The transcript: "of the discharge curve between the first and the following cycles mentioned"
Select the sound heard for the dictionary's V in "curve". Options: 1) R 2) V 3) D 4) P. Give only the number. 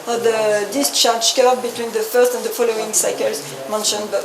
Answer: 4